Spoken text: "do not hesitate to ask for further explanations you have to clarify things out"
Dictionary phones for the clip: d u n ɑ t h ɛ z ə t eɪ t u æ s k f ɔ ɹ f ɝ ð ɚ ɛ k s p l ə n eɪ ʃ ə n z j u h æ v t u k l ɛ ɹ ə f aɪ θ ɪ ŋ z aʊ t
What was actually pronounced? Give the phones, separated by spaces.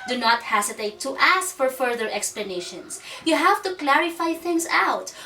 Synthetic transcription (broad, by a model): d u n ɑ t h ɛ s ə t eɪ t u æ s k f ɔ ɹ f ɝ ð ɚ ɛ k s p l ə n eɪ ʃ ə n s j u h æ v t u k l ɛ ɹ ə f aɪ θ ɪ ŋ s aʊ t